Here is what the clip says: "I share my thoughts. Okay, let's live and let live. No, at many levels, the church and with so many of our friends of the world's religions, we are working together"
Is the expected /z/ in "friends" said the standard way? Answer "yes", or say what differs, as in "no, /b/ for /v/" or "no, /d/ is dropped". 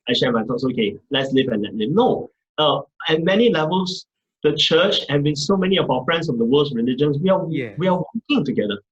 no, /s/ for /z/